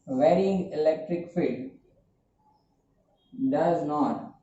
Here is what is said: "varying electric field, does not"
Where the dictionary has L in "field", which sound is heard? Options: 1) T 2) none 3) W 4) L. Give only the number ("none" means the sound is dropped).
2